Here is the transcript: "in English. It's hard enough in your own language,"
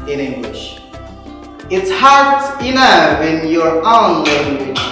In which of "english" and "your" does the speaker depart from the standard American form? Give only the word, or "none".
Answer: none